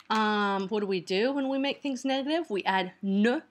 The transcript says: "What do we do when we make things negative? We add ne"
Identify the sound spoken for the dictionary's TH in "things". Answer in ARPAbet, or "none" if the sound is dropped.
TH